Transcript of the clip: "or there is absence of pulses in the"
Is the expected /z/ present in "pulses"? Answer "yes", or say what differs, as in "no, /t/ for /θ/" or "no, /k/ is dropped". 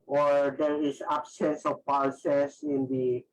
no, /s/ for /z/